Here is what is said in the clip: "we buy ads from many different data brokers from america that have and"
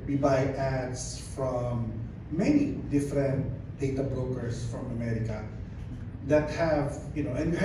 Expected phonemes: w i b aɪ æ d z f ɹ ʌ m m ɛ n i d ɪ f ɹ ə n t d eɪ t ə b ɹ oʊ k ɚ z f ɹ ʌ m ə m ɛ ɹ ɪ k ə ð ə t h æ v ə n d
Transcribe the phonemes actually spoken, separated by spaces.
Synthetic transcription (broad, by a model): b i b aɪ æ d s f ɹ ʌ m m ɛ n i d ɪ f ɹ ə n t d eɪ t ə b ɹ oʊ k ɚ s f ɹ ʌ m ə m ɛ ɹ ɪ k ə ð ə t h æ v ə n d